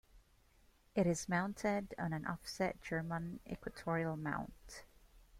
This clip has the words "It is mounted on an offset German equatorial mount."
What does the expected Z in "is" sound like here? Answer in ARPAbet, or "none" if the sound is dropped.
Z